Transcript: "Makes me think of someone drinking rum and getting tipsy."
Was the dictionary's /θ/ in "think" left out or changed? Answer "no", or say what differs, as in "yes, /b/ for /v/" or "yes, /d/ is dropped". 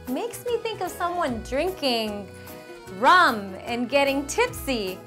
no